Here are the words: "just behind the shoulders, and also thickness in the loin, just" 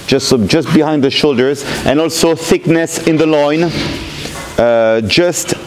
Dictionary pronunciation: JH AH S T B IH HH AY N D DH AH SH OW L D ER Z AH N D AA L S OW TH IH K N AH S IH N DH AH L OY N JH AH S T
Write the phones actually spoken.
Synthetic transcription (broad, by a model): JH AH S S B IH HH AY N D DH AH SH OW L D ER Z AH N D AA L S OW TH IH K N AH S IH N DH AH L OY N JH AH S T